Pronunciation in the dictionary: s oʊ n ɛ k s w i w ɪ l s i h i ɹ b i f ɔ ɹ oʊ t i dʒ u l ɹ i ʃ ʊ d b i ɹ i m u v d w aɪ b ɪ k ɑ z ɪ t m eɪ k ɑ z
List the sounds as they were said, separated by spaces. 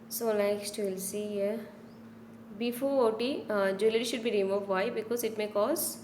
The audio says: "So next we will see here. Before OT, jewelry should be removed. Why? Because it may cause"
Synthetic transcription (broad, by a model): s oʊ l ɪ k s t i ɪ l s i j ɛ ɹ b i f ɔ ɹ oʊ t i dʒ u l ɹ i ʃ ʊ d b i ɹ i m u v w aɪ b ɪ k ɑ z ɪ t m eɪ k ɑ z